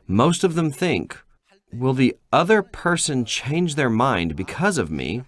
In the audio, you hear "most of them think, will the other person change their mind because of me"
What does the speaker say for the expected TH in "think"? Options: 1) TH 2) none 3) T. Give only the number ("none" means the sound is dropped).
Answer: 1